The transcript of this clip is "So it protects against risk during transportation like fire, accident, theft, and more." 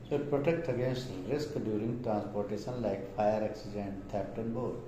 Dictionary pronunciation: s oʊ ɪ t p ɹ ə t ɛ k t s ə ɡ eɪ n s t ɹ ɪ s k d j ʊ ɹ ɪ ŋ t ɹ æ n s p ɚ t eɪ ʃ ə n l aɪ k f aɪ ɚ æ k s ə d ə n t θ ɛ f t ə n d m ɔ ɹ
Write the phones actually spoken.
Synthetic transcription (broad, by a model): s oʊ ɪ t p ɹ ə t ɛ k t ə ɡ eɪ n s t ɹ ɪ s k d j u ɹ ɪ ŋ t ɹ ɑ n s p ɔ t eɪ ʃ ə n l aɪ k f aɪ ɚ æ k s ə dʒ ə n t t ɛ p t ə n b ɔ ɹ